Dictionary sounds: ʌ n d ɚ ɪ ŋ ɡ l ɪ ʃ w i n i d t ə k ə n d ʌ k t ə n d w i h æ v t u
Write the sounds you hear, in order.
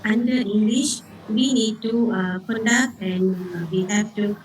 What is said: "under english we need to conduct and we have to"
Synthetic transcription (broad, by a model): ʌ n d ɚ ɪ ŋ ɡ l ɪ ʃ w i n i d t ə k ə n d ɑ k ə n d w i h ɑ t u